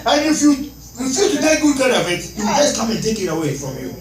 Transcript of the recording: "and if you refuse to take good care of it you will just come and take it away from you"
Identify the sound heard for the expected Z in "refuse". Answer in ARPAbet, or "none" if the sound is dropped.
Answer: none